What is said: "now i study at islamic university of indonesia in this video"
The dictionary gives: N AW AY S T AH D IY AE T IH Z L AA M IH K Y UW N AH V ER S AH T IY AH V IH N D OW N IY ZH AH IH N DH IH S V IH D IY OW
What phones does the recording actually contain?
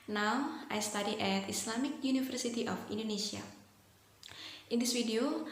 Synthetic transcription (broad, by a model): N AW AY S T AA D IY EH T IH S L AA M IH K Y UW N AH F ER S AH T IY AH F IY N D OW N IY S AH IH N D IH S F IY D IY OW